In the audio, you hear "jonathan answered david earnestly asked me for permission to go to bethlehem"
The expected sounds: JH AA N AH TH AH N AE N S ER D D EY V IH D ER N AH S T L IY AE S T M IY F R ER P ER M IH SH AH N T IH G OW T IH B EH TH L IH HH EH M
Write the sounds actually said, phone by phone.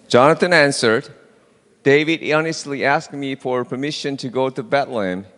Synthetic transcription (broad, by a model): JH AA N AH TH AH N AE N S ER D D EY V IH D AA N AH S T L IY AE S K M IY F R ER P ER M IH SH AH N T IH G OW T IH B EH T L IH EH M